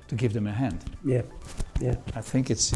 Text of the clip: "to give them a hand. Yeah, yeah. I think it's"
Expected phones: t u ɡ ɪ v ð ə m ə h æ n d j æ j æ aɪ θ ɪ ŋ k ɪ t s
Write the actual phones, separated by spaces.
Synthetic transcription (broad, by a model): t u ɡ ɪ v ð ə m ə h æ n d j æ j æ aɪ θ ɪ ŋ k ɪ t s